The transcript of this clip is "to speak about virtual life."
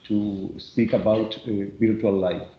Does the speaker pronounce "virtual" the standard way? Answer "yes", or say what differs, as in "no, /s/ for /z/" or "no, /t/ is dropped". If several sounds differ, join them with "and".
no, /b/ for /v/